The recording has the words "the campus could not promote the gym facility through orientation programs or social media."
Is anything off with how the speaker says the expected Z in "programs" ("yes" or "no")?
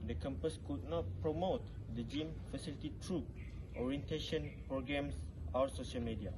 yes